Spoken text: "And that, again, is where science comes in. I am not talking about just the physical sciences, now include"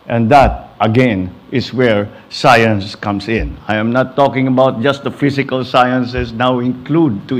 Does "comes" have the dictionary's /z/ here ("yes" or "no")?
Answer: no